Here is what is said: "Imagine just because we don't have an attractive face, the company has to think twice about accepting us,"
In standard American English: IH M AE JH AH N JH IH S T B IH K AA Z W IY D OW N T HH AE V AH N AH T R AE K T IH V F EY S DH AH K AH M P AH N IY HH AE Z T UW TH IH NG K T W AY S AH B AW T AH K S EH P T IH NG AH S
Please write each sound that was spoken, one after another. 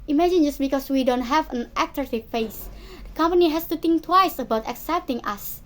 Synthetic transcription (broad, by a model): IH M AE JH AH N JH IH S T B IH K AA S W IY D OW N T HH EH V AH N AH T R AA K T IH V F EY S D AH K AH M P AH N IY HH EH S T UW T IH NG K T W AY S AH B AW T AH K S EH P T IH NG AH S